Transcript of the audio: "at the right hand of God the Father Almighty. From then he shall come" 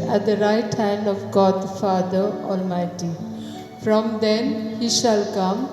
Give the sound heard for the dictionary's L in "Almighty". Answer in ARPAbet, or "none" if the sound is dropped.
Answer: L